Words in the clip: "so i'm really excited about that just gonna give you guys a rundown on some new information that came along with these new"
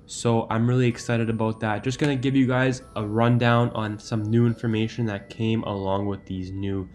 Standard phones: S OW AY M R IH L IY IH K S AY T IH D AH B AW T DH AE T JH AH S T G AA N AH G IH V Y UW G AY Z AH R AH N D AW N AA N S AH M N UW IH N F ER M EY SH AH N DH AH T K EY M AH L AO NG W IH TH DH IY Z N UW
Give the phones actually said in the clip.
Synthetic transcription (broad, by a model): S OW AY M R IH L IY IH K S AY T IH D AH B AW T DH AE T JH AH S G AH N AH G IH V Y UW G AY Z AH R AH N D AW N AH N S AH M N UW IH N F ER M EY SH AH N DH AH T K EY M AH L AO NG W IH DH IY Z N UW